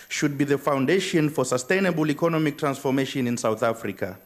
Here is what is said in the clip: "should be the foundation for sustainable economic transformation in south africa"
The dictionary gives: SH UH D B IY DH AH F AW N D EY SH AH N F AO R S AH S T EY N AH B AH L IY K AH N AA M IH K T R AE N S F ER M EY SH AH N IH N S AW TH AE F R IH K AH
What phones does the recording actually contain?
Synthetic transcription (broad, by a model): SH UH D B IY DH AH F AW N D EY SH AH N F AO R S AH S T EY N AH B AH L IY K AH N AA M IH K T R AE N S F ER M EY SH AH N IH N S AW TH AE F R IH K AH